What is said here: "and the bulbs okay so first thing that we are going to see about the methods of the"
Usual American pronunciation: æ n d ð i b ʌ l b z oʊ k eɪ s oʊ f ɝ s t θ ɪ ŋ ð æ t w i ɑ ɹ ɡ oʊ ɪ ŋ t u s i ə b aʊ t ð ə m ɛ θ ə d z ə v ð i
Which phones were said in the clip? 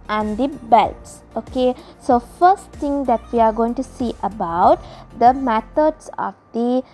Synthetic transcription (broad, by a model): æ n d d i b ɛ l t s oʊ k eɪ s oʊ f ɝ s t t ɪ ŋ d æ t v i ɑ ɹ ɡ oʊ ɪ ŋ t u s i ə b aʊ t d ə m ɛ t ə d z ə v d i